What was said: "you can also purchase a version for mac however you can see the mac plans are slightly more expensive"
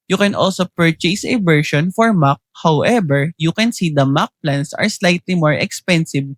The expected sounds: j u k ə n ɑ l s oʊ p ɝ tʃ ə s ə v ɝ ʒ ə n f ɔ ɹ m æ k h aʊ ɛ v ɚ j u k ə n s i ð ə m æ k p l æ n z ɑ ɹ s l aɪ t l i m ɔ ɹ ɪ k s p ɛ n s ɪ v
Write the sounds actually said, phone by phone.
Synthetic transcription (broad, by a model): j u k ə n ɑ l s oʊ p ɝ tʃ ə s ə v ɝ ʃ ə n f ɔ ɹ m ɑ k h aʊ ɛ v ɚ j u k ə n s i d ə m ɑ k p l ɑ n s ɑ ɹ s l aɪ t l i m ɔ ɹ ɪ k s p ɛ n s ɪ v